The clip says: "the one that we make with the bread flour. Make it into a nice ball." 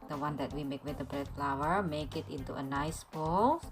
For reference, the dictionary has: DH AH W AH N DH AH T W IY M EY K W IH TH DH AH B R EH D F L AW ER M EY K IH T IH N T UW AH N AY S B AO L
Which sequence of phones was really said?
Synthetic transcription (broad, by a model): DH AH W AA N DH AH T W IY M EY K W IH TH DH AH B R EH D F L AW ER M EY K IH T IH N T UW AH N AY S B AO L